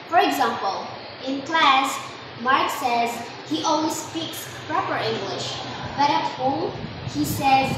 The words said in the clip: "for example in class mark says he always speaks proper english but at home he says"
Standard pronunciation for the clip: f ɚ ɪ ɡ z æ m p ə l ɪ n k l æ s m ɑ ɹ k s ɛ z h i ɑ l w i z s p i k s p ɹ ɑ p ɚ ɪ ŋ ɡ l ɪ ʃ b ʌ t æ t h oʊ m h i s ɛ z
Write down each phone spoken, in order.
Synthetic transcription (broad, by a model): f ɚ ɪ ɡ z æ m p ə l ɪ n k l æ s m ɑ ɹ k s ɛ z h i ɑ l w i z s p i k s p ɹ ɑ p ɚ ɪ ŋ ɡ l ɪ ʃ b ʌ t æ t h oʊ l h i s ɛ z